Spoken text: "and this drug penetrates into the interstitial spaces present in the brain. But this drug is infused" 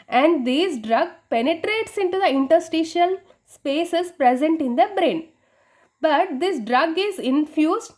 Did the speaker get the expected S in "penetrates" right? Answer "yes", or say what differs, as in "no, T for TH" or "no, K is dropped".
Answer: yes